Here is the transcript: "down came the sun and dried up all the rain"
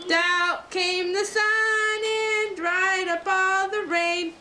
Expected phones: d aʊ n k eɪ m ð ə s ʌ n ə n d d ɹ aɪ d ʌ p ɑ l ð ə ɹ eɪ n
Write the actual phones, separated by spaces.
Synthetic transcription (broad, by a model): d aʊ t k eɪ m ð ə s ʌ n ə n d d ɹ aɪ d ʌ p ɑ n ð ə ɹ eɪ n